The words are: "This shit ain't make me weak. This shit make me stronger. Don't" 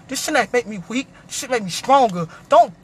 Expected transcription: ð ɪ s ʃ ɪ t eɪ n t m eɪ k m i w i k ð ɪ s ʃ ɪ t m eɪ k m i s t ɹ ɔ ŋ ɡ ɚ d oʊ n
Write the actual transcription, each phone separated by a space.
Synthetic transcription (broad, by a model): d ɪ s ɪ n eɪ t m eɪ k m i w i k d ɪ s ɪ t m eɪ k m i s t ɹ ɔ ŋ ɡ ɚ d oʊ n